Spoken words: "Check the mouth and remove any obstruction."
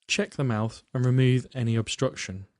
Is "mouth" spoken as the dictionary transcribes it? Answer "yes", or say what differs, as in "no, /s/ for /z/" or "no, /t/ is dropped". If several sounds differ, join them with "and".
yes